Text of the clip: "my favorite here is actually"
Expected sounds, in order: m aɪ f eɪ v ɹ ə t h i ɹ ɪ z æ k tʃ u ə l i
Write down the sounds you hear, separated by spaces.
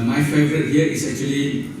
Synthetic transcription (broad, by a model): m aɪ f eɪ v ɹ ə t h i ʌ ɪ s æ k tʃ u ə l i